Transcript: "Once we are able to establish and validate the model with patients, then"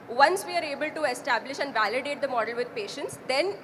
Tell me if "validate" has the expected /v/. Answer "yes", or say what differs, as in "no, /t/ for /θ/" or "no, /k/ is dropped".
yes